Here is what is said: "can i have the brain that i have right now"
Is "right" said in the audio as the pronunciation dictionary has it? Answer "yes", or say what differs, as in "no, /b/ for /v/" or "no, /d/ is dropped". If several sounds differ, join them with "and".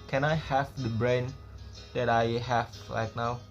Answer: no, /l/ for /ɹ/